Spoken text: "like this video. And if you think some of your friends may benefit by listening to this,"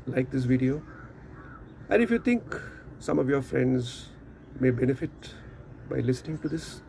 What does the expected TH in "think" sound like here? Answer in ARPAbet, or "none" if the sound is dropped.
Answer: T